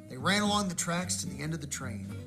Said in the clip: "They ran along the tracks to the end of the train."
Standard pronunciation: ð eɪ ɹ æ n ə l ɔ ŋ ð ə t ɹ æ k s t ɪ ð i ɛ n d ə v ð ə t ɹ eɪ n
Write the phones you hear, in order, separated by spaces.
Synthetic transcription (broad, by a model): ð eɪ ɹ æ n ə l ɔ ŋ ð ə t ɹ æ k s t ɪ ð i ɛ n d ə v ð ə t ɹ eɪ n